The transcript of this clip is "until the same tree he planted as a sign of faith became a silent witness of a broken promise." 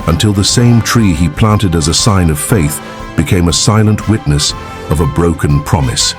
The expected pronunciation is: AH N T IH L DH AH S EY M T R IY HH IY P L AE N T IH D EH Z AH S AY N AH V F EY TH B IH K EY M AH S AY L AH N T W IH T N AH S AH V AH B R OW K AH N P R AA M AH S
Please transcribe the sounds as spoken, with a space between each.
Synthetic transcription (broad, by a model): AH N T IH L DH AH S EY M T R IY IY P L AE N T IH D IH Z AH S AY N AH V F EY TH B IH K EY M AH S AY L AH N T W IH T N AH S AH V AH B R OW K AH N P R AA M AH S